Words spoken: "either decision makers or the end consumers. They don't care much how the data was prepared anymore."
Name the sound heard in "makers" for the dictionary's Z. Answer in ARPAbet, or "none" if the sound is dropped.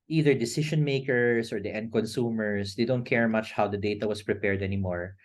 S